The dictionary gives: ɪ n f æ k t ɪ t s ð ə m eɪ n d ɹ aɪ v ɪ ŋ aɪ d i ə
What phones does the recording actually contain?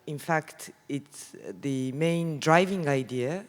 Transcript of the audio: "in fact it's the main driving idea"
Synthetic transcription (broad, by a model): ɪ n f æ k t ɪ t s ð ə m eɪ n d ɹ aɪ v ɪ ŋ aɪ d i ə